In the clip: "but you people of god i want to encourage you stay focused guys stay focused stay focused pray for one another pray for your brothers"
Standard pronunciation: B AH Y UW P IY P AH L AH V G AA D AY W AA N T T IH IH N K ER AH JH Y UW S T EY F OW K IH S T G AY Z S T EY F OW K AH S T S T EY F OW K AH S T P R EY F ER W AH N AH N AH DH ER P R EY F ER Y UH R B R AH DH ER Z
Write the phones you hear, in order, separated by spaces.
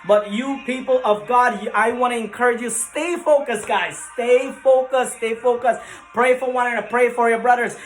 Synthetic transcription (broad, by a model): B AH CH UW P IY P L AH V G AA D AY W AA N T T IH IH N K ER AH JH Y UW S T EY F OW K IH S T G AY Z S T EY F OW K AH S S T EY F OW K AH S P R EY F ER W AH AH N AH ER P R EY F ER Y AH R B R AH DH ER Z